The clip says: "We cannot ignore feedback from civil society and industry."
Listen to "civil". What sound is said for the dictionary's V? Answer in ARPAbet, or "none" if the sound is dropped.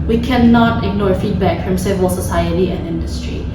V